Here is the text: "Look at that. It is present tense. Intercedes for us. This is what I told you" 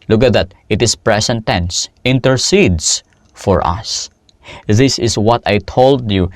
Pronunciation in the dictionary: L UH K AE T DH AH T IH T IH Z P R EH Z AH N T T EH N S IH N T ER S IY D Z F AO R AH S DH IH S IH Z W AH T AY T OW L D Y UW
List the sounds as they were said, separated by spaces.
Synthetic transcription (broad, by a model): L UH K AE T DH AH T IH T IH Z P R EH S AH N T T EH N S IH N T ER S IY D S F AO R AH S DH IH S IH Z W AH T AY T OW L D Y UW